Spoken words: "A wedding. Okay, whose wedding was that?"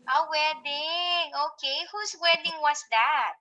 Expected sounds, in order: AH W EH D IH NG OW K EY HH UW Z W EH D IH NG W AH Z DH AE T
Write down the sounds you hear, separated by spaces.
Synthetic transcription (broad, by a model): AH W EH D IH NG OW K EY HH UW S W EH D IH NG W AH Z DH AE T